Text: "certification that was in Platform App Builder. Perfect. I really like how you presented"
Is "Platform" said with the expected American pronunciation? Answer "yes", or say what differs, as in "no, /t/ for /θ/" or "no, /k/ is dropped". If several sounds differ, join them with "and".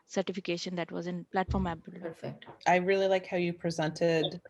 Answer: yes